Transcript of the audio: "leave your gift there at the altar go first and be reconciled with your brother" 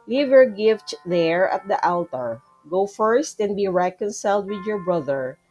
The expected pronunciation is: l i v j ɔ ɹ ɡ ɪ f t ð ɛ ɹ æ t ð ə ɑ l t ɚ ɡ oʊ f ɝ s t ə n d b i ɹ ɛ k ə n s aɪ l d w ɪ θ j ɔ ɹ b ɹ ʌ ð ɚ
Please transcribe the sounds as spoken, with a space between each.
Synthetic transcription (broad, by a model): l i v j ɔ ɹ ɡ ɪ f t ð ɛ ɹ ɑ t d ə ɑ l t ɚ ɡ oʊ f ɝ s t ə n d b i ɹ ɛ k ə n s aɪ l d w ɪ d j ɔ ɹ b ɹ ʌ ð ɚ